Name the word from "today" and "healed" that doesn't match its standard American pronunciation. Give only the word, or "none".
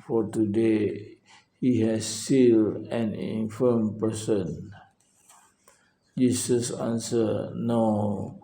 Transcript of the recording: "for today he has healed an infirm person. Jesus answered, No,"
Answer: healed